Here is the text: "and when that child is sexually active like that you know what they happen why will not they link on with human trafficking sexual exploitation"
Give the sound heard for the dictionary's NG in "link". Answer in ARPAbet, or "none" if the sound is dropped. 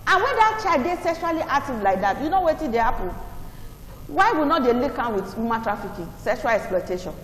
none